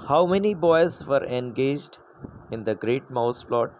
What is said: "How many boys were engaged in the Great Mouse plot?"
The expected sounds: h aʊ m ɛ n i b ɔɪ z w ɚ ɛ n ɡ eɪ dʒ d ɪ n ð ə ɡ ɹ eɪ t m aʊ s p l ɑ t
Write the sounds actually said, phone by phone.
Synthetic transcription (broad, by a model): h aʊ m ɛ n i b ɔɪ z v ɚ ɛ n ɡ eɪ dʒ d ɪ n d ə ɡ ɹ eɪ t m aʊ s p l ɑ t